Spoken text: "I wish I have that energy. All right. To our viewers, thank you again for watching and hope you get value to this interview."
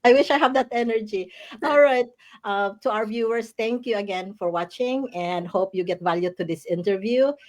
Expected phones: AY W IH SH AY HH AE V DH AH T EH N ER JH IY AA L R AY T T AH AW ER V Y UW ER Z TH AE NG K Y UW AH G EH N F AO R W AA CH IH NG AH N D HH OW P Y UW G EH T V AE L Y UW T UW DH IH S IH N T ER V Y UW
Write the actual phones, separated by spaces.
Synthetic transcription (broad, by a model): AY W IH SH AY HH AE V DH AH T EH N ER JH IY AA L R AY T T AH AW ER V Y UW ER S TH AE NG K Y UW AH G EH N F AO R W AA CH IH NG AH N D HH OW P Y UW G EH T V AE L Y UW T UW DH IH S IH N T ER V Y UW